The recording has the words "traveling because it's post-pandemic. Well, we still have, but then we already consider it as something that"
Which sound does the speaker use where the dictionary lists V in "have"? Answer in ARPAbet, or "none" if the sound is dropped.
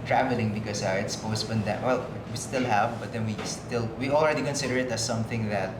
V